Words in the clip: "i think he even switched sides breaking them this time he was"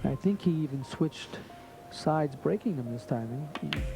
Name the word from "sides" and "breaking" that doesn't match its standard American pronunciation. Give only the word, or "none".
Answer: none